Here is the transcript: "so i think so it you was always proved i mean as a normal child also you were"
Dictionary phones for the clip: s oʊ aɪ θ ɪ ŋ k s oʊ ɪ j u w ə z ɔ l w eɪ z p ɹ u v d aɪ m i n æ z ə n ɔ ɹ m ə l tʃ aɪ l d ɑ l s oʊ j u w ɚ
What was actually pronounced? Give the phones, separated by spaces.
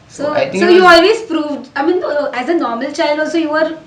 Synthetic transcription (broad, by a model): s oʊ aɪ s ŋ s oʊ j u ɔ l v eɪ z p ɹ u v d aɪ m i n æ z ə n ɔ ɹ m ə l tʃ aɪ l d ɑ l s oʊ j u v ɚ